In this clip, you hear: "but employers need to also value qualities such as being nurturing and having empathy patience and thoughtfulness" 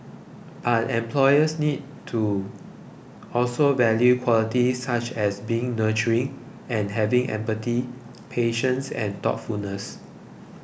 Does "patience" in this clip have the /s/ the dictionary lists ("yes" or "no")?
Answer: yes